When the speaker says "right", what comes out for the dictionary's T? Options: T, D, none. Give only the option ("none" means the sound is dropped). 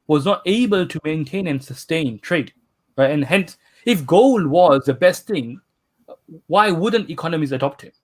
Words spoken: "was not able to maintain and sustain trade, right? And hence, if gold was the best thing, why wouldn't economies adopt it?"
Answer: none